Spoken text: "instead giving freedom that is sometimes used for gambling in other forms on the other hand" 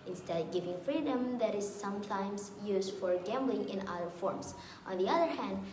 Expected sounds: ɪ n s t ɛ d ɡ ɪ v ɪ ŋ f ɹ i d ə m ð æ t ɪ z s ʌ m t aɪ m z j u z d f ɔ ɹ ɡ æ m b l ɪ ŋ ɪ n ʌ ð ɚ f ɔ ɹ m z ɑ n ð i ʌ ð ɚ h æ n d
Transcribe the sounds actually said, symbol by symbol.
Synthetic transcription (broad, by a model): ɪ n s t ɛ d ɡ ɪ v ɪ ŋ f ɹ i d ə m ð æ t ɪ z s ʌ m t aɪ m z j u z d f ɔ ɹ ɡ æ m b l ɪ ŋ ɪ n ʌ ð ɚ f ɔ ɹ m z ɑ n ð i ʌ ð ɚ h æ n d